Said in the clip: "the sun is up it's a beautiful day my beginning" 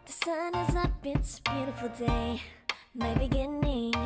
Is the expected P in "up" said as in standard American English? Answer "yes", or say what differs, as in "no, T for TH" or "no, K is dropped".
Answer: no, B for P